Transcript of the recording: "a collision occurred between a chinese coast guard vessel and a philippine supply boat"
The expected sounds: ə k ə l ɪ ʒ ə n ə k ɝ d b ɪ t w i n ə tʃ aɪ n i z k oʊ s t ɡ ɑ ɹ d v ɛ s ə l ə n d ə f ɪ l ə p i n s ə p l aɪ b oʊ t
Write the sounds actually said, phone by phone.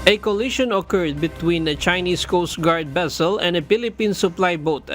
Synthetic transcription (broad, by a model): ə k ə l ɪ ʃ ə n ə k ɝ d b ɪ t w i n ə tʃ aɪ n i s k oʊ s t ɡ ɑ ɹ d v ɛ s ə l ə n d ə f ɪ l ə p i n s ə p l aɪ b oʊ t